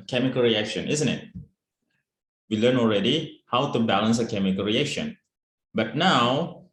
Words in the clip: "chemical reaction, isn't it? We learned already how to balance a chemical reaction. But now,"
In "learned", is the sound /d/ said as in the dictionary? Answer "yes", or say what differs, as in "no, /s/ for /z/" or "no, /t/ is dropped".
no, /d/ is dropped